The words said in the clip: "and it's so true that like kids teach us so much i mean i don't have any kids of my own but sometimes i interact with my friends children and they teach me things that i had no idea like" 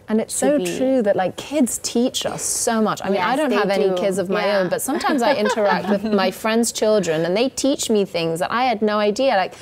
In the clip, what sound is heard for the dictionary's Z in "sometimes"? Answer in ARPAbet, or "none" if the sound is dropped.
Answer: Z